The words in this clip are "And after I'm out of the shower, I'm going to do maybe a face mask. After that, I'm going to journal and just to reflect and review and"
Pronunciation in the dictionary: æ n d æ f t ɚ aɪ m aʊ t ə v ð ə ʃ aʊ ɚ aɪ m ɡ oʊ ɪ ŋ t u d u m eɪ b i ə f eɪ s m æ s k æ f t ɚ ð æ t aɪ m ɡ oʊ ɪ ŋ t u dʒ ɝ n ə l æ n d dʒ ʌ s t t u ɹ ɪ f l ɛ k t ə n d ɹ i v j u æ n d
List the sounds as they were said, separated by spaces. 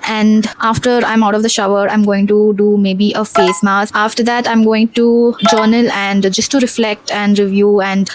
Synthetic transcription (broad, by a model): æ n d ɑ f t ɚ aɪ m aʊ t ə v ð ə ʃ aʊ ɚ aɪ m ɡ oʊ ɪ ŋ t u d u m eɪ b i ə f eɪ s m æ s ɑ f t ɚ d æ t aɪ m ɡ oʊ ɪ ŋ t u dʒ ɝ n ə l æ n d dʒ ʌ s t t u ɹ ɪ f l ɛ k t ə n d ɹ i v j u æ n d